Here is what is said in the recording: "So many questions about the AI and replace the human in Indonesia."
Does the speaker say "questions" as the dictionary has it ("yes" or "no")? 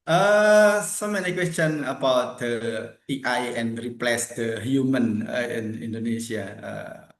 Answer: no